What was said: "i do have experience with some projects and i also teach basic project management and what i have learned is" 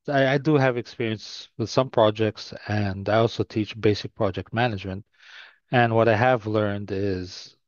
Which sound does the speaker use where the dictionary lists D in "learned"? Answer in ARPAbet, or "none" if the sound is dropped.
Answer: D